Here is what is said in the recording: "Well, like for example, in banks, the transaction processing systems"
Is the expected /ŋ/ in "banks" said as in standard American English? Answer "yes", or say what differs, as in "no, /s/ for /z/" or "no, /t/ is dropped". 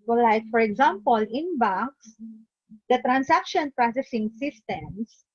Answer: no, /ŋ/ is dropped